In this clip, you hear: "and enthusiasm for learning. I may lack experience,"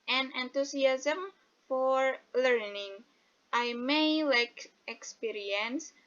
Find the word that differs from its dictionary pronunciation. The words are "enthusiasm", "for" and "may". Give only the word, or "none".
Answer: enthusiasm